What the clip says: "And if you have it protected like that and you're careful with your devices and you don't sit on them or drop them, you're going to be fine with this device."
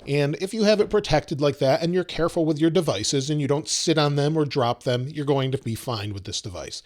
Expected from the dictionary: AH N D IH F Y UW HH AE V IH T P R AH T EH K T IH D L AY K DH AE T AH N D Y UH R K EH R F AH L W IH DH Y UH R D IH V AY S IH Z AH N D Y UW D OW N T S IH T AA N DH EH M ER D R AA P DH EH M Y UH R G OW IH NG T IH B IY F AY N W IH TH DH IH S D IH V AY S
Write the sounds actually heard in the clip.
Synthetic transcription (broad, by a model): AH N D IH F Y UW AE V IH T P R AH T EH K T IH D L AY K DH AE T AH N Y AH R K EH R F L W IH DH Y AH R D IH V AY S IH Z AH N Y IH D OW N T S IH T N DH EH M ER D R AA P DH EH M Y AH R G OW IH NG T IH B IY F AY N W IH DH IH S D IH V AY S